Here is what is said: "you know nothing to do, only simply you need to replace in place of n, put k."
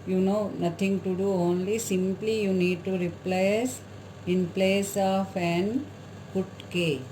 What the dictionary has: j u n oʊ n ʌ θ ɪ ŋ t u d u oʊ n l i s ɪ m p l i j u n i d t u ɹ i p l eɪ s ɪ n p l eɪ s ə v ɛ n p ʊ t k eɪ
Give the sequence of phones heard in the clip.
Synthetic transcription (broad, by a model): j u n oʊ n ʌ t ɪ ŋ t u d u oʊ n l i s ɪ m p l i j u n i d t u ɹ i p l eɪ s ɪ n p l eɪ s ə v ɛ n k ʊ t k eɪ